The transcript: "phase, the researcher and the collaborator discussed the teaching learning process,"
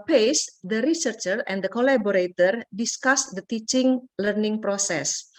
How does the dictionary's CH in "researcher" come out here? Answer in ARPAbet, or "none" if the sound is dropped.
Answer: CH